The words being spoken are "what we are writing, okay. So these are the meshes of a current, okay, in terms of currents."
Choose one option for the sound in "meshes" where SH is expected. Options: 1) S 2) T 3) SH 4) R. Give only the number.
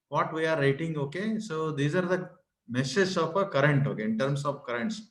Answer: 1